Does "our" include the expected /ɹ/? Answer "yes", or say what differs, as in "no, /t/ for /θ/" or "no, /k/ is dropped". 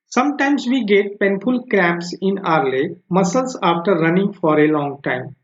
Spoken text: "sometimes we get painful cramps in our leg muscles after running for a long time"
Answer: yes